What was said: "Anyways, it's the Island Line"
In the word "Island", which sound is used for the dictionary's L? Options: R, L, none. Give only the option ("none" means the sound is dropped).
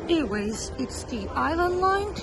L